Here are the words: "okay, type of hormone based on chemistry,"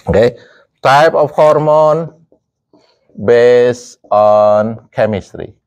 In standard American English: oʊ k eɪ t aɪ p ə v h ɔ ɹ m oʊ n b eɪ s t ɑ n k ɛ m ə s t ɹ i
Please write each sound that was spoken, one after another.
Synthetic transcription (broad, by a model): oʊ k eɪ t aɪ p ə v h ɔ ɹ m oʊ n b eɪ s ɑ n k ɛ m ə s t ɹ i